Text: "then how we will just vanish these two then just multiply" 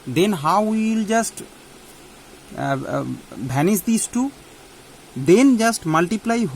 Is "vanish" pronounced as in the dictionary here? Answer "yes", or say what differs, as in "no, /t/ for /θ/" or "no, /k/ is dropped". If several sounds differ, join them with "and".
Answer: no, /b/ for /v/